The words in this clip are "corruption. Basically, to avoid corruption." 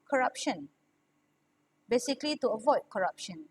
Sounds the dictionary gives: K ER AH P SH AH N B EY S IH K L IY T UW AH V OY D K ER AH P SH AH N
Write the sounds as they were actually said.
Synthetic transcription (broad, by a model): K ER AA P SH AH N B EY S IH K L IY T UW AH V OY D K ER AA P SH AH N